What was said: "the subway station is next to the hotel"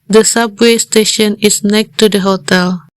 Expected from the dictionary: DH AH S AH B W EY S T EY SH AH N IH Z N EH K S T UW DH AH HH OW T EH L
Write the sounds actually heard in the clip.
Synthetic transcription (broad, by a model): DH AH S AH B W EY S T EY SH AH N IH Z N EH K T UW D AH HH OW T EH L